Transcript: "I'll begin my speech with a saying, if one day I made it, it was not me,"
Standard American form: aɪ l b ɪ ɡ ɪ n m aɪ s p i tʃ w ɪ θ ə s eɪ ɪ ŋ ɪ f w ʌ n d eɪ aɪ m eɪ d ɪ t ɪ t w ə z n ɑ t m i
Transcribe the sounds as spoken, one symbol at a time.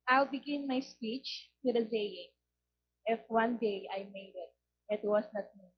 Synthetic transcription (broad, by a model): aɪ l b ɪ ɡ ɪ n m aɪ s p i tʃ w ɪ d ə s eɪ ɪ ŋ ɪ f w ʌ n d eɪ aɪ m eɪ d ɪ t ɪ t w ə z n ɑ t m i